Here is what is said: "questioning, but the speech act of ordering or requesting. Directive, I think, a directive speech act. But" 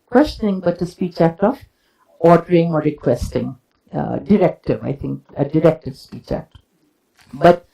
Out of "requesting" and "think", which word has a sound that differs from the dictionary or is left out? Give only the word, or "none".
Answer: think